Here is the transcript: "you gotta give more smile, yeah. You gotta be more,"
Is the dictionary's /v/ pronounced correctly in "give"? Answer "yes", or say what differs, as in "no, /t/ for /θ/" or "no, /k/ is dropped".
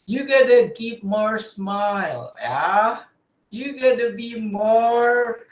no, /p/ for /v/